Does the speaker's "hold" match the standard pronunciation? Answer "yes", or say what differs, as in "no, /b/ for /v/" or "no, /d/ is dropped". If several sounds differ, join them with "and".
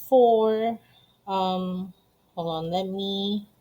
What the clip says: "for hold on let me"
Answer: no, /d/ is dropped